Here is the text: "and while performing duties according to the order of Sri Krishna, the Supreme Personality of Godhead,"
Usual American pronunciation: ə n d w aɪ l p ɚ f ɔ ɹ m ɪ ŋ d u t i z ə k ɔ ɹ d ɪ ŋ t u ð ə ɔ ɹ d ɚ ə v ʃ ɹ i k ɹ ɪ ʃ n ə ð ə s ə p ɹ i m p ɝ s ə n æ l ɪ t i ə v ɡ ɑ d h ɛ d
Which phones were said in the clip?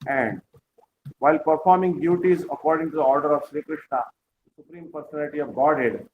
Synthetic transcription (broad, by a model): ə n d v aɪ l p ɚ f ɔ ɹ m ɪ ŋ d u t i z ə k ɔ ɹ d ɪ ŋ t u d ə ɔ ɹ d ɚ ə v ʃ ɹ i k ɹ ɪ ʃ n ə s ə s ə p ɹ i m p ɝ s ə n æ l ɪ t i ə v ɡ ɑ d h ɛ d